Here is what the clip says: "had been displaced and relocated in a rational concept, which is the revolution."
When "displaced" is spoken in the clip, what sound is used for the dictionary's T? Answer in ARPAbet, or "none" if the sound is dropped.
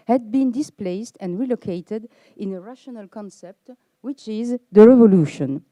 T